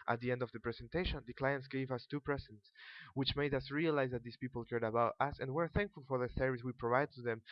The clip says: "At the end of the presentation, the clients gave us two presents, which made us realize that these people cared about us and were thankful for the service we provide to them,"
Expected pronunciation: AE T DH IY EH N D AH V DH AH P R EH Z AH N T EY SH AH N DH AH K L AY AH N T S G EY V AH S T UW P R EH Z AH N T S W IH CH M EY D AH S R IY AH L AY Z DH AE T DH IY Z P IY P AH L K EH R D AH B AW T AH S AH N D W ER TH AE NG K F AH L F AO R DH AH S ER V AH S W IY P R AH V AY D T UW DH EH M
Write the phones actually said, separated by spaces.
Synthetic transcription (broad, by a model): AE T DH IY EH N D AH V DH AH P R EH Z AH N T EY SH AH N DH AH K L AY AH N T S G EY V AH S T UW P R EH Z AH N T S W IH CH M EY D AH S R IY AH L AY Z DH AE T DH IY S P IY P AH L K EH R D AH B AW T AH S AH N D W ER TH AE NG K F AH L F AO R DH AH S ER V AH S W IY P R AH V AY D T UW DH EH M